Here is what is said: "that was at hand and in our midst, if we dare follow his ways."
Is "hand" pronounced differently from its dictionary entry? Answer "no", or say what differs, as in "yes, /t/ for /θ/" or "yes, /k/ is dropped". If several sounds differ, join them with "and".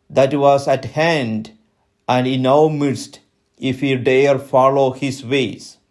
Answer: no